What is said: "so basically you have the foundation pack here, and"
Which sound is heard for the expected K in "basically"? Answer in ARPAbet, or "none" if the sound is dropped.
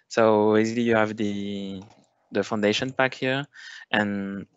none